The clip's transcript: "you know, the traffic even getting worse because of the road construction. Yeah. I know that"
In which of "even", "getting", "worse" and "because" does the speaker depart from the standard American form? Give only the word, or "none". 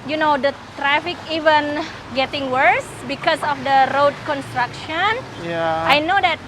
because